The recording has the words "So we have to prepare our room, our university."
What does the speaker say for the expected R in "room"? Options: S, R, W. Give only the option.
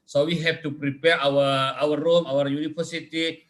W